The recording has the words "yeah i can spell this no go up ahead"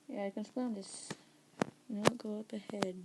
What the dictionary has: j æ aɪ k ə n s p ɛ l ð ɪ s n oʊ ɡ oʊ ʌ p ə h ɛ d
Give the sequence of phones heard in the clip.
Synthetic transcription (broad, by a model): j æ aɪ k ə n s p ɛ n ð ɪ s n oʊ ɡ oʊ ʌ p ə h ɛ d